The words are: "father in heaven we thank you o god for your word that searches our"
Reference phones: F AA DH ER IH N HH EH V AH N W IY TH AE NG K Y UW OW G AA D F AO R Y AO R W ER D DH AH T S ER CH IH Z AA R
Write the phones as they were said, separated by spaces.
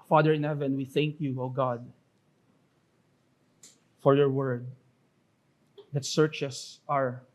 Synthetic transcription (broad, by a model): F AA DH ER IH N HH EH V AH N W IY TH AE NG K Y UW OW G AA D F AO R Y AO R W ER D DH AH T S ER CH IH S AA R